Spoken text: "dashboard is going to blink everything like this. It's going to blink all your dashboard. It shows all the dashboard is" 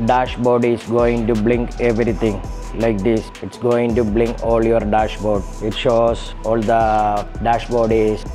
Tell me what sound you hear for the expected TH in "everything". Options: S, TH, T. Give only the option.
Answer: T